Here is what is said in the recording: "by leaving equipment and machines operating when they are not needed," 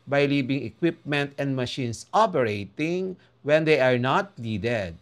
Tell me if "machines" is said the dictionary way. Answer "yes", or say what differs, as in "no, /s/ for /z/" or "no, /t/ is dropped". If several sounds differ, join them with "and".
no, /s/ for /z/